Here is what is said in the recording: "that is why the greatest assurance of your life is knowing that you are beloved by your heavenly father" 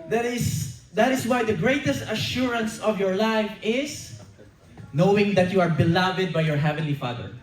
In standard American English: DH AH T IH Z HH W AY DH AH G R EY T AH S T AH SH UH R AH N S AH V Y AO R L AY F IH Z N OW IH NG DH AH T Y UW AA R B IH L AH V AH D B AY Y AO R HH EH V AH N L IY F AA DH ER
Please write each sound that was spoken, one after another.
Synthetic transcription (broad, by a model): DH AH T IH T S W AY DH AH G R EY T AH S T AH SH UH R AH N S AH V Y AO R L AY F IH S N OW IH NG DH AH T Y UW AA R B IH L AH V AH D B AY Y AO R HH EH V AH N L IY F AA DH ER